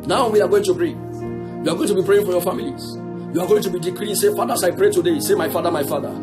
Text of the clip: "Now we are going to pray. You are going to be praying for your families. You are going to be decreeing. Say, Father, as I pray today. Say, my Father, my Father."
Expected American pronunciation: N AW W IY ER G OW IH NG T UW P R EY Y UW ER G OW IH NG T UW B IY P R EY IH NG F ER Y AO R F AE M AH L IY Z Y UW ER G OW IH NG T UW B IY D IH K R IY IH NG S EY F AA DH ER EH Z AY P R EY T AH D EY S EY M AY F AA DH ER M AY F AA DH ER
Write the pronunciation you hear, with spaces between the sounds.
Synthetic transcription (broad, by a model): N AW W IY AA G OW IH NG T UW P R EY Y UW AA G OW IH NG T UW B IY P R EY IH NG F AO Y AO F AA M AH L IY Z Y UW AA G OW IH NG T UW B IY D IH K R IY S EY F AA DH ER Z AY P R EY T AH D EY S EY M AY F AA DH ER M AY F AA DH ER